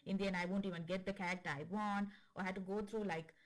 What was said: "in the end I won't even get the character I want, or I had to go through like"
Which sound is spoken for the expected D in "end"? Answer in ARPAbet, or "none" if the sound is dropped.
none